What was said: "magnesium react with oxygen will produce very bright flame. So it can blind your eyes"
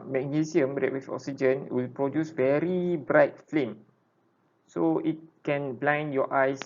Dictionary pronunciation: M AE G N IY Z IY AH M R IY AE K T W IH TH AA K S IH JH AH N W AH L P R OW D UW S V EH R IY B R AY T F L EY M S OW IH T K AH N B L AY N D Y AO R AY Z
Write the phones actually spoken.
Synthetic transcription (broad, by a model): M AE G N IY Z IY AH M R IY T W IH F AA K S IH JH AH N W AH L P R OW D UW S V EH R IY B R AY T F L EY M S OW IH T K AH N B L AY N Y AO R AY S